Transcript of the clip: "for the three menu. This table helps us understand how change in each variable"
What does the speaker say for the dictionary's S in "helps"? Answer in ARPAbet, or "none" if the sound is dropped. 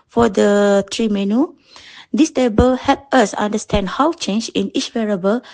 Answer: none